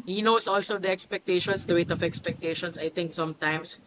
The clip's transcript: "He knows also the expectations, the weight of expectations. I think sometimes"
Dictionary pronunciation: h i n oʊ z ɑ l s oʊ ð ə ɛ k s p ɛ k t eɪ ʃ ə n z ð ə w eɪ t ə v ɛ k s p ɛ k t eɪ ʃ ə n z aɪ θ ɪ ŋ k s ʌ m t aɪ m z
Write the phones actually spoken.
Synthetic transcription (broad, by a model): h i n oʊ s ɑ l s oʊ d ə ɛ k s p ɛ k t eɪ ʃ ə n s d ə w eɪ t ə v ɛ k s p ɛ k t eɪ ʃ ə n s aɪ t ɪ ŋ k s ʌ m t aɪ m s